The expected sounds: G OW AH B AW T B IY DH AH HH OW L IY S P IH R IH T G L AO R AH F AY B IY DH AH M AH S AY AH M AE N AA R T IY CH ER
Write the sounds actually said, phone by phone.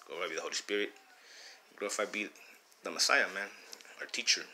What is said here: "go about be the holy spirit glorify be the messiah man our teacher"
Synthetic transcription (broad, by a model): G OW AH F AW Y B IY DH AH HH OW L IY S P IH R IH T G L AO AH F AY B IY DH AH M AH S AY AH M AE N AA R T IY CH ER